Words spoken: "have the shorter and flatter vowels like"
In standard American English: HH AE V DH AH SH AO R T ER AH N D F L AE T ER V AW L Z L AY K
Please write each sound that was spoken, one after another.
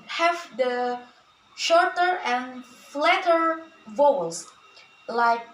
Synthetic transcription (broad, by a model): HH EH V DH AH SH AO R T ER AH N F L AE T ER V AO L S L AY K